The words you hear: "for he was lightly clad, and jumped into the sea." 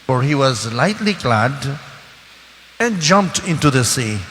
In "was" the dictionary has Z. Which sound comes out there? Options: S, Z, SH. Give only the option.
Z